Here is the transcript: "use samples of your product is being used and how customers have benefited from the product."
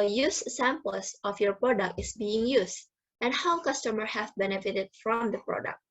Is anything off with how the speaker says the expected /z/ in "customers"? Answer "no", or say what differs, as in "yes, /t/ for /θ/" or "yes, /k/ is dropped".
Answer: yes, /z/ is dropped